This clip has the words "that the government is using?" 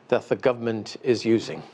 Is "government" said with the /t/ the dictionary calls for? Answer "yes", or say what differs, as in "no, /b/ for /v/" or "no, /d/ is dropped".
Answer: yes